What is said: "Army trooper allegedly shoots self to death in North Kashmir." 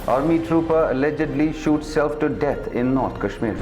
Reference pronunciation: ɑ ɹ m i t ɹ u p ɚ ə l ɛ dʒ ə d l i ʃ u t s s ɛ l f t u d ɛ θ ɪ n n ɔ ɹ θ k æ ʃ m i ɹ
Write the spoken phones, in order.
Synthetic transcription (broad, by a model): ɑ ɹ m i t ɹ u p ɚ ə l ɛ dʒ ə d l i ʃ u t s s ɛ l f t u d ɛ t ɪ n n ɔ ɹ t k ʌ ʃ m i ɹ